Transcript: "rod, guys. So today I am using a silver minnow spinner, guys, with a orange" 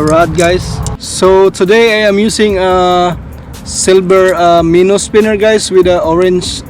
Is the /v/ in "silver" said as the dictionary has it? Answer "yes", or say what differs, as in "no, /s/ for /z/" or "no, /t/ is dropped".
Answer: no, /b/ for /v/